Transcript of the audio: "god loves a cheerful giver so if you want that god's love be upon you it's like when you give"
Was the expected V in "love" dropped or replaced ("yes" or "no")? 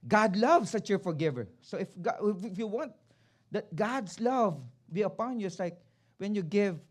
no